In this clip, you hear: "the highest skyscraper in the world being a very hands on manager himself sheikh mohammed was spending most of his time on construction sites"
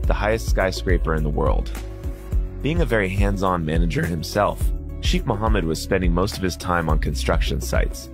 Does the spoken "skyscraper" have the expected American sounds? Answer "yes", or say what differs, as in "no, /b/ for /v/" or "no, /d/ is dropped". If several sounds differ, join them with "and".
yes